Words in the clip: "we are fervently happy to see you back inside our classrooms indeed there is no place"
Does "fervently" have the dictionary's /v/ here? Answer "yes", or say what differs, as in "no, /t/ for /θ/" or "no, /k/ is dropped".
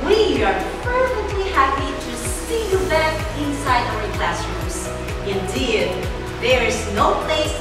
no, /f/ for /v/